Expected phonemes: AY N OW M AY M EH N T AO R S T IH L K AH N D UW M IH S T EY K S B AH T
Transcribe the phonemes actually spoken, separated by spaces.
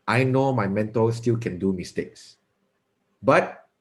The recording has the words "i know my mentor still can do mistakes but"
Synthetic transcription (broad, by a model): AY N OW M AY M EH N T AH L S T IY L K AH N D UW M IH S T EY K S B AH T